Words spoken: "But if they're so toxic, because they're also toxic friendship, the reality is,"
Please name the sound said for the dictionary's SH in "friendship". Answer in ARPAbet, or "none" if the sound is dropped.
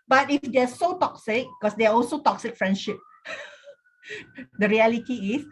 SH